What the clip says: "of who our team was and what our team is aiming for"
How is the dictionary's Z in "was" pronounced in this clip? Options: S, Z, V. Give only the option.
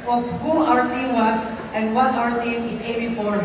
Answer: S